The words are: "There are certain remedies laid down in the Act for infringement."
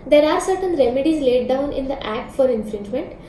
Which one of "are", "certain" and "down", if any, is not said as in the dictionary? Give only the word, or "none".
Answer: none